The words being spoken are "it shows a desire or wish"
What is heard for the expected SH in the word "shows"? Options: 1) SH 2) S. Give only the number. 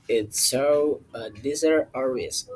2